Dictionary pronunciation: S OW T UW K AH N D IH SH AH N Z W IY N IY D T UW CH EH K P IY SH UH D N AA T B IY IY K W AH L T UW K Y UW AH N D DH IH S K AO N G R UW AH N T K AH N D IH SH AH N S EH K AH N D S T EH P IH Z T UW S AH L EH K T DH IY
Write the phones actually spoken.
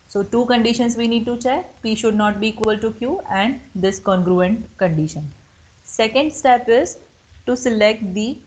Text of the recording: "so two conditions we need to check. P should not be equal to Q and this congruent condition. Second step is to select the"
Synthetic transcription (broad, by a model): S OW T UW K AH N D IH SH AH N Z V IY N IY D T UW CH EH K P IY SH UH D N AA T B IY IY K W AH L T UW K Y UW AH N D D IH S K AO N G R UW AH N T K AH N D IH SH AH N S EH K AH N D S T EH P IH Z T UW S AH L EH K T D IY